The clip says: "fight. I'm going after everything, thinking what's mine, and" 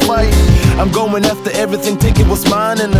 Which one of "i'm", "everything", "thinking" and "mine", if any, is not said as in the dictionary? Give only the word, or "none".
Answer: thinking